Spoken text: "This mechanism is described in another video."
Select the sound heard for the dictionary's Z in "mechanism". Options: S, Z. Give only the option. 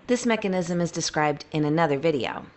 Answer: Z